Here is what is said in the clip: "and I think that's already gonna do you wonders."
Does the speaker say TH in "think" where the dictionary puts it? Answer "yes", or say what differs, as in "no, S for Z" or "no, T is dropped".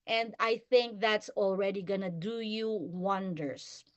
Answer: yes